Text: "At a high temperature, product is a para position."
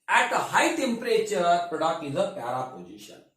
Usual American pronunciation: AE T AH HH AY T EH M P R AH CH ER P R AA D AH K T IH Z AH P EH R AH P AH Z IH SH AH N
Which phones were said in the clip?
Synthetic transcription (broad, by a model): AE T AH HH AY T EH M P R AH CH ER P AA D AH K IH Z AH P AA R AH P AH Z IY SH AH N